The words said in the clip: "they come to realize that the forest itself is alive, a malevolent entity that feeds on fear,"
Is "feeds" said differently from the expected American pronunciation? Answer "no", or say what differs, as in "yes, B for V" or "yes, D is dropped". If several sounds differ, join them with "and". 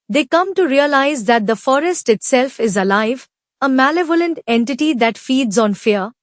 no